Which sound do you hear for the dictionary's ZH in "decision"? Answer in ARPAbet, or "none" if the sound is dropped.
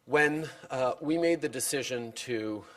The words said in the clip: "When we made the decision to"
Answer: ZH